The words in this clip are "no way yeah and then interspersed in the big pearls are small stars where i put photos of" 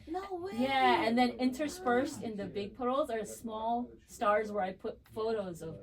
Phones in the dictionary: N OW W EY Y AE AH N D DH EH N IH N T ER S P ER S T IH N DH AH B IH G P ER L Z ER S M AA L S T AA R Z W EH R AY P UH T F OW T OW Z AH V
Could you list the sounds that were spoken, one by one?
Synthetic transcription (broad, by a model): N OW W Y AE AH N DH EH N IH N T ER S F ER S T IH N DH AH B IH G P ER L Z ER S M AA L S T AA R Z W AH R AY P UH T F OW T OW Z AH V